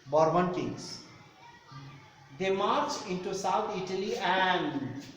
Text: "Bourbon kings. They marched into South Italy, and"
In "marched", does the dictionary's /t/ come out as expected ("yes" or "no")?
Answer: no